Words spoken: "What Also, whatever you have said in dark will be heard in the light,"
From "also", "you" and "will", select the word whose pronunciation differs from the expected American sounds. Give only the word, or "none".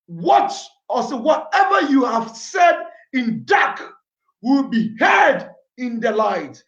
also